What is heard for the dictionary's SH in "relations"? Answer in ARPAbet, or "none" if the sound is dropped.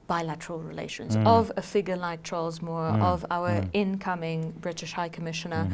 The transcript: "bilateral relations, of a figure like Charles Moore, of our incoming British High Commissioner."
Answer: SH